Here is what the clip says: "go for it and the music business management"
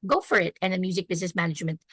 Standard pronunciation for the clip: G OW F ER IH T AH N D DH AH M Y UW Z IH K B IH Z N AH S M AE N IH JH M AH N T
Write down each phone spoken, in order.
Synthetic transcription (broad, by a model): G OW F ER IH T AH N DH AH M Y UW Z IH K B IH Z N AH S M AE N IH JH M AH N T